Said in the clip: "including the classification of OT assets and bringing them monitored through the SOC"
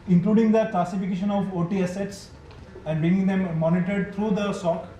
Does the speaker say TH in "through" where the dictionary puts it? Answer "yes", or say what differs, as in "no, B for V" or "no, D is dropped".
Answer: no, T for TH